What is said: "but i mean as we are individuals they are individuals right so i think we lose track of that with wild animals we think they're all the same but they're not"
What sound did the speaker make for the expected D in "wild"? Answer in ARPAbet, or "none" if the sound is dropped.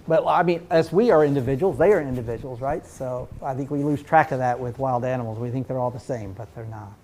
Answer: D